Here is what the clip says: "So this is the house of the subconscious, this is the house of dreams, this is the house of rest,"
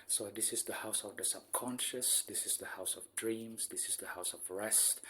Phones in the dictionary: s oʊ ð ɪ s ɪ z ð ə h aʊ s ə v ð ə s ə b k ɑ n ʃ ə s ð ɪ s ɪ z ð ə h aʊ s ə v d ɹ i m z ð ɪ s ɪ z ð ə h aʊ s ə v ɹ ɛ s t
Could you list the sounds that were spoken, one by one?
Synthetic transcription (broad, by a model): s oʊ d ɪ s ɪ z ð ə h aʊ s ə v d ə s ə b k ɑ n ʃ ə s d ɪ s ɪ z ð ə h aʊ s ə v d ɹ i m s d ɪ s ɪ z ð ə h aʊ s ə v ɹ ɛ s t